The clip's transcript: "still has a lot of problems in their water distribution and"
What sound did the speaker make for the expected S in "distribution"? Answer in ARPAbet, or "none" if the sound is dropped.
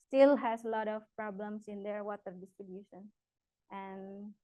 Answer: S